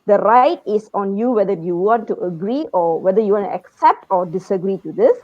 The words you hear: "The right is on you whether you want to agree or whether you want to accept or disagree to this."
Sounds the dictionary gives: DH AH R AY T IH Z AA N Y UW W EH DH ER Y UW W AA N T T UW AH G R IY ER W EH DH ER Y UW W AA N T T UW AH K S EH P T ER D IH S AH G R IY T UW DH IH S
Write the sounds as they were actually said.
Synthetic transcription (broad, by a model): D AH R AY T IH S AA N Y UW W EH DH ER Y UW W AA N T T UW AH G R IY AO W EH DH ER Y UW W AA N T T UW AH K S EH P T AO D IH S AH G R IY T UW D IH S